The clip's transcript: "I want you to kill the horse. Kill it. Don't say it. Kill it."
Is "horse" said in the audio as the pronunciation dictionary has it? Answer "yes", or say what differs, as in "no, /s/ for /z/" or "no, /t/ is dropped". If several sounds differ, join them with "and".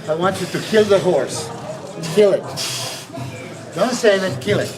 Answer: yes